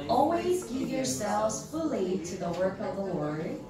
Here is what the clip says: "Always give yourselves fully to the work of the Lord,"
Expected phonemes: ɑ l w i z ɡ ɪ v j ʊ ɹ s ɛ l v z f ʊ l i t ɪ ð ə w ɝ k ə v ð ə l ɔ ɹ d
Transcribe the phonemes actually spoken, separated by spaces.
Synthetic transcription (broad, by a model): ɑ l w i z ɡ ɪ v j ʊ ɹ s ɛ l v z f ʊ l i t ɪ ð ə w ɝ k ə v ð ə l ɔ ɹ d